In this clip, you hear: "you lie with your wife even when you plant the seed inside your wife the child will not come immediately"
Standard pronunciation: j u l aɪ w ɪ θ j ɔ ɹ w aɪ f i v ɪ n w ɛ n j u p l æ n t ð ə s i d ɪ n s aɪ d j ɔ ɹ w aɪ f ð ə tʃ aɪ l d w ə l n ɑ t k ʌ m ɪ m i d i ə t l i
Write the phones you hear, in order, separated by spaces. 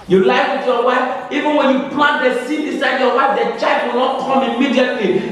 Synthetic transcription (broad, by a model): j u l aɪ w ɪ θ j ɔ w aɪ f i v ɪ n w ɛ n j u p l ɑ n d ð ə s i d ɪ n s aɪ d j ɔ w aɪ f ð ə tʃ aɪ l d w ə l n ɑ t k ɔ m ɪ m i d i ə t l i